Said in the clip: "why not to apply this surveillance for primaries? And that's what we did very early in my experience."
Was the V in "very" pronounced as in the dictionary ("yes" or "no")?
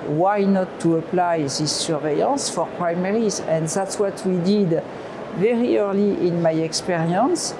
yes